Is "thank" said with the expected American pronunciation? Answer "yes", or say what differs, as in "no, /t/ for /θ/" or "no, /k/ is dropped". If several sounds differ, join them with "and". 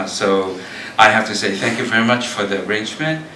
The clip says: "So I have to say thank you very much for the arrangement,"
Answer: yes